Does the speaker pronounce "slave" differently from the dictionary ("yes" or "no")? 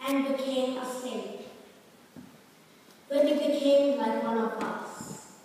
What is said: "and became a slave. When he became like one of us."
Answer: yes